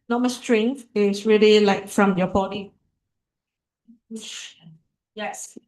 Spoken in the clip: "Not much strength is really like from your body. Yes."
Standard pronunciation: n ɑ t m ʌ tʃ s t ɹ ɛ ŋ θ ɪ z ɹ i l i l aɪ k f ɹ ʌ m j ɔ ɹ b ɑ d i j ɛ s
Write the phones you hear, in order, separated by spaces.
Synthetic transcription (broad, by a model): n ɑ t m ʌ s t ɹ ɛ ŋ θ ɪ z ɹ i l i l aɪ k f ɹ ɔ m j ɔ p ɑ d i j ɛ s